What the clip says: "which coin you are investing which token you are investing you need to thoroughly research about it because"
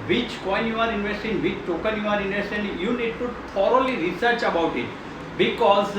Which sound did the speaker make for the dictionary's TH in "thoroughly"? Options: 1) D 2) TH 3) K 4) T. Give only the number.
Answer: 4